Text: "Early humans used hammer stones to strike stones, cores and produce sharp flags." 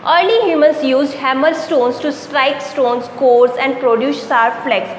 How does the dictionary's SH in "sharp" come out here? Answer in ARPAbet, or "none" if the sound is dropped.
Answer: S